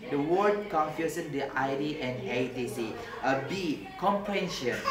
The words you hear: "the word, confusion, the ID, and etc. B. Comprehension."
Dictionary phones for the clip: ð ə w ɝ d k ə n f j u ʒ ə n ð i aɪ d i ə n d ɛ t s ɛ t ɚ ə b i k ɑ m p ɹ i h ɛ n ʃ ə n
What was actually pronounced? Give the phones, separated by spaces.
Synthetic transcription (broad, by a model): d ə w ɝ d k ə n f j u s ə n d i aɪ d i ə n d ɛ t i s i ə b i k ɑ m p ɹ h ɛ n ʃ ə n